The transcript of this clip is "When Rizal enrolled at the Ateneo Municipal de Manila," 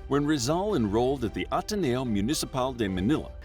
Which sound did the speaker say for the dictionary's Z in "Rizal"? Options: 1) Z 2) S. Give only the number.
1